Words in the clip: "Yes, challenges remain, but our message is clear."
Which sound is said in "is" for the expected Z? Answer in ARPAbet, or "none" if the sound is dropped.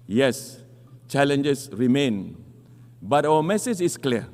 S